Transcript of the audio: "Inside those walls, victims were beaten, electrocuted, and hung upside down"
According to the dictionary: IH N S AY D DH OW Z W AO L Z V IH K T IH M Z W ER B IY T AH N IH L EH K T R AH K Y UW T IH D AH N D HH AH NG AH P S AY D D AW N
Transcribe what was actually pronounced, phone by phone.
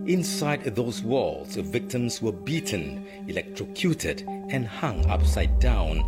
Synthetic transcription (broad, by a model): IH N S AY D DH OW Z W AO L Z V IH K T IH M Z W ER B IY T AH N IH L EH K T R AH K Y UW T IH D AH N HH AH NG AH P S AY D D AW N